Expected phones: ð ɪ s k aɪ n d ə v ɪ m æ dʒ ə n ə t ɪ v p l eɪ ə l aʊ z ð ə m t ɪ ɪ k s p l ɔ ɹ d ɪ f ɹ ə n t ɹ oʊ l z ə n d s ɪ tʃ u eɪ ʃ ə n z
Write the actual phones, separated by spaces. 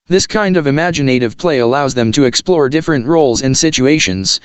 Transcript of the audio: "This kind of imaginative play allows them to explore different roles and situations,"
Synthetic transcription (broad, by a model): ð ɪ s k aɪ n d ə v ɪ m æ dʒ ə n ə t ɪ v p l eɪ ə l aʊ z ð ə m t ɪ ɪ k s p l ɔ ɹ d ɪ f ɹ ə n t ɹ oʊ l z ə n s ɪ tʃ u eɪ ʃ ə n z